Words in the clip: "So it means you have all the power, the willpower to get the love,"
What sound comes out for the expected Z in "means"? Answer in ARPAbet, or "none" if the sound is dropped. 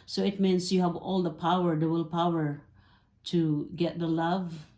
S